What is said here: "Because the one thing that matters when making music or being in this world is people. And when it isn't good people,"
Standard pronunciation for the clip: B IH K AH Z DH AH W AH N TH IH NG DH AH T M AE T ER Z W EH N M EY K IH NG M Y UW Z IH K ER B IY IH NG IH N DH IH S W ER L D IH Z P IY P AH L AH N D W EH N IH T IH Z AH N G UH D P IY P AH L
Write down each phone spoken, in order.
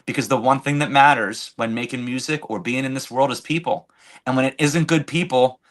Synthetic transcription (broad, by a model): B IH K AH Z DH AH W AH N TH IH NG DH AH T M AE T ER Z W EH N M EY K IH NG M Y UW Z IH K ER B IY IH NG IH N DH IH S W ER L D IH Z P IY P L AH N W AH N IH T IH Z AH N G UH D P IY P L